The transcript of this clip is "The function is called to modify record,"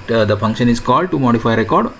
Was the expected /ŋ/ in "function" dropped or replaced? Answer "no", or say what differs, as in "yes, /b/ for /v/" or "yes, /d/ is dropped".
no